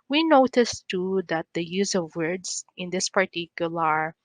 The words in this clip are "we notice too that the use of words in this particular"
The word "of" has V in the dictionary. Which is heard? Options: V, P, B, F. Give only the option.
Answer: V